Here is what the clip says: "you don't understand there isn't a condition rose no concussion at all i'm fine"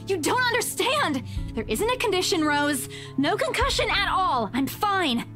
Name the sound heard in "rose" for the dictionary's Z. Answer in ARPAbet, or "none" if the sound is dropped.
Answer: Z